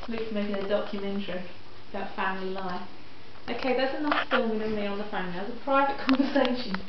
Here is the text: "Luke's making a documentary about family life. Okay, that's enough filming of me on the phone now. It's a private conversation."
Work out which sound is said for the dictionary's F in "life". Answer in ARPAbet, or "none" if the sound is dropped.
none